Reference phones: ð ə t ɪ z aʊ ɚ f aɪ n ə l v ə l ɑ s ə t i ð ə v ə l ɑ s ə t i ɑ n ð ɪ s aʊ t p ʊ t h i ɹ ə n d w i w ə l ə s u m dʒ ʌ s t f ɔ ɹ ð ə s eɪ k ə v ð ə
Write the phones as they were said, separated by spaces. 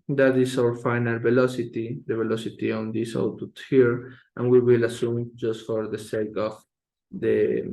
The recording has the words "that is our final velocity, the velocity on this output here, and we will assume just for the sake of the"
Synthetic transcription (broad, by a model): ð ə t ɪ s aʊ ɚ f aɪ n ə l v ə l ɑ s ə t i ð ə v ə l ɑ s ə t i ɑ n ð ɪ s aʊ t ʊ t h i ɹ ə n w i w ə l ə s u m dʒ ʌ s t f ɔ ɹ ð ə s eɪ k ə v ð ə